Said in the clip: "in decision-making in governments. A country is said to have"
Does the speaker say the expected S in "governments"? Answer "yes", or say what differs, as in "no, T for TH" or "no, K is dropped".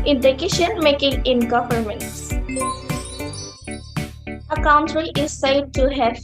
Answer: yes